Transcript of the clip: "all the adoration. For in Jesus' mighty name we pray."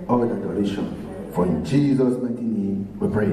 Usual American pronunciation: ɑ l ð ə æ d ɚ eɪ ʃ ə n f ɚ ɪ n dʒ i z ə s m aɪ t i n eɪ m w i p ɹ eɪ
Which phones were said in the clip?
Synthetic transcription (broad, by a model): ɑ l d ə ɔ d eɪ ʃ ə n f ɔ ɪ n dʒ i z ə s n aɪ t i n eɪ m w i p ɹ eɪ